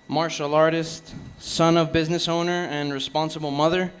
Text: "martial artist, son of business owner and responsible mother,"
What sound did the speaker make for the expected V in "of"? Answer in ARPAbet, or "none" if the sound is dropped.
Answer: V